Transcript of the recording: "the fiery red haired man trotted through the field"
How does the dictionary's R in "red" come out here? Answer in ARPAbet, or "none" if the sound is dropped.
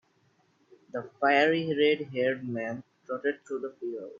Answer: R